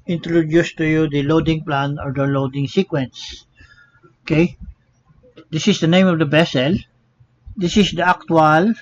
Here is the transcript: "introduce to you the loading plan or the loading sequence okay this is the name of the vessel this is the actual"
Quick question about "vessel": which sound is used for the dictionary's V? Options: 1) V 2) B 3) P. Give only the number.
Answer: 2